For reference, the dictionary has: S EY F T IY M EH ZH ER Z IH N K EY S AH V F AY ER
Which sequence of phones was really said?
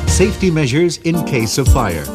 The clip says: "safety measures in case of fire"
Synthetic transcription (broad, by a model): S EY F T IY M EH ZH ER Z IH N K EY S AH V F AY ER